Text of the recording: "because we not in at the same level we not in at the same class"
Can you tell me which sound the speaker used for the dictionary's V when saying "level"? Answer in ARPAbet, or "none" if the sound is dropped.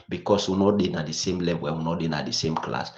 W